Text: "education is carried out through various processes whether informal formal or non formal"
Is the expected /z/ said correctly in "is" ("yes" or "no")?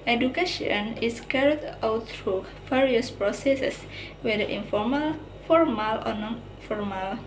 no